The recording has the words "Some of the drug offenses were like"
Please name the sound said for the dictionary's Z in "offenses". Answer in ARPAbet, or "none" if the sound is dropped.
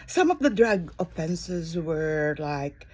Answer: Z